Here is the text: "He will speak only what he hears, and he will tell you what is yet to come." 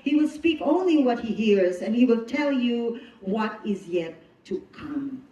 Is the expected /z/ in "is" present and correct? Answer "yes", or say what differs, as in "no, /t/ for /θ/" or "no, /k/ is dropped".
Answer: yes